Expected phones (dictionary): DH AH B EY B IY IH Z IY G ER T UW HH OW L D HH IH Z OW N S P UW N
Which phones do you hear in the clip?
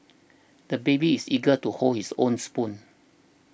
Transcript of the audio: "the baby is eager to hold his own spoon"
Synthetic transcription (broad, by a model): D AH B EY B IY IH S IY G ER T UW HH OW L HH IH S OW N S P UW N